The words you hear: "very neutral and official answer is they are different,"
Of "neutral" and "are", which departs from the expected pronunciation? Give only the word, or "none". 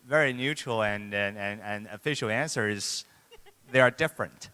neutral